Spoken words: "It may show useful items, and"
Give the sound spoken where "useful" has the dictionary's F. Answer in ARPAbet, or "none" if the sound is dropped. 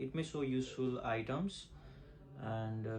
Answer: F